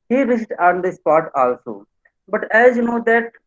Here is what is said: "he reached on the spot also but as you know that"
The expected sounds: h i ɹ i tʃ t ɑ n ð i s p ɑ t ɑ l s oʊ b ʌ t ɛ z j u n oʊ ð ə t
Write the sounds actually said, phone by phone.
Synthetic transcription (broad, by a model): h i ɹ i s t ɑ n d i s p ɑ t ɑ l s oʊ b ʌ t ɛ z j u n oʊ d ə t